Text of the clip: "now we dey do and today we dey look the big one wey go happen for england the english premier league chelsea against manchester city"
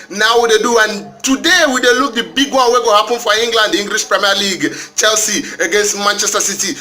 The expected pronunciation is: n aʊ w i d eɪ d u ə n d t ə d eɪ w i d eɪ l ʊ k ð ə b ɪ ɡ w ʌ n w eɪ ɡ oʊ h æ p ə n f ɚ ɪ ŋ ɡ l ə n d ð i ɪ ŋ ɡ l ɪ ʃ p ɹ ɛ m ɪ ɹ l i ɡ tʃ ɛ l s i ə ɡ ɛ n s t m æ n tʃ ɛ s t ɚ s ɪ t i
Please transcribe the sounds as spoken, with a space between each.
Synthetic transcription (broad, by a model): n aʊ w i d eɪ d u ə n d t ə d eɪ w i d eɪ l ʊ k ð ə b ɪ ɡ w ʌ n w eɪ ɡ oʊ h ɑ p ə n f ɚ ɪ ŋ ɡ l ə n d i ŋ ɡ l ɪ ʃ p ɹ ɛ m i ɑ l i ɡ tʃ ɛ l s i ə ɡ ɛ n s t m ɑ n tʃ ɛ s t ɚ s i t i